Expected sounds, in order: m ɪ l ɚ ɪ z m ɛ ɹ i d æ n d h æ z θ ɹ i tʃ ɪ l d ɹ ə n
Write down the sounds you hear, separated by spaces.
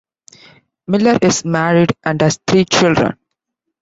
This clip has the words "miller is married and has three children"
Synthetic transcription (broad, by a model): m ɪ l ɚ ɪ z m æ ɹ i d æ n d h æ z t ɹ i tʃ ɪ l d ɹ ə n